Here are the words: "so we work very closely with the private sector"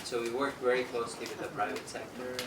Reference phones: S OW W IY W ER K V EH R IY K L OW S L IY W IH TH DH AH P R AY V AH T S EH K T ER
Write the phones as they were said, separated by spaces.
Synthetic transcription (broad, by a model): S OW W IY W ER K V EH R IY K L OW S L IY W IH DH AH P R AY V AH T S EH K T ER